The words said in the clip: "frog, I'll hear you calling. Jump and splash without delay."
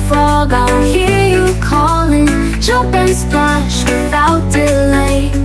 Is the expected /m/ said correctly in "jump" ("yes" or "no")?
no